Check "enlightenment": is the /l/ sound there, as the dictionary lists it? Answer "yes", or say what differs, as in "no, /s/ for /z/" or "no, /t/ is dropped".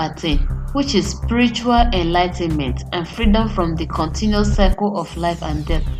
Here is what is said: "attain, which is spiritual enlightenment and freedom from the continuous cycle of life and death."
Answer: yes